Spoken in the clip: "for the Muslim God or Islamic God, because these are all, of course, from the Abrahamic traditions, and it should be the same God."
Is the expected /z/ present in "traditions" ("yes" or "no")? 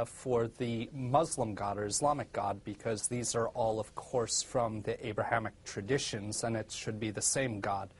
yes